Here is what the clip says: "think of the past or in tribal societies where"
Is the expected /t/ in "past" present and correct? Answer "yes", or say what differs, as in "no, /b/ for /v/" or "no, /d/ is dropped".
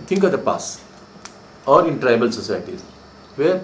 no, /t/ is dropped